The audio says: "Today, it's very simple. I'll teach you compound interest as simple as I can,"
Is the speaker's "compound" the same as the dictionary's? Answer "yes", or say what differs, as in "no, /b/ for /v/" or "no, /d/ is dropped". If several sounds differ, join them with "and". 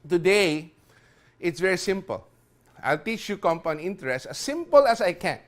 no, /d/ is dropped